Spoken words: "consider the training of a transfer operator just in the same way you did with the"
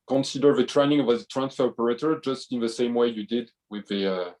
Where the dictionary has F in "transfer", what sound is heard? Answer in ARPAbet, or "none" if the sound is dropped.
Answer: F